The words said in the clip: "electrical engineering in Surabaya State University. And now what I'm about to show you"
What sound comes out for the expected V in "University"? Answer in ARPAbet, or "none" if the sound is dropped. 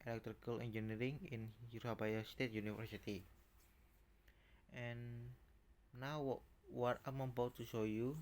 F